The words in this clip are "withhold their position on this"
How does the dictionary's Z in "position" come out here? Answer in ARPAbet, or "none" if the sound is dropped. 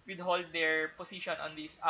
S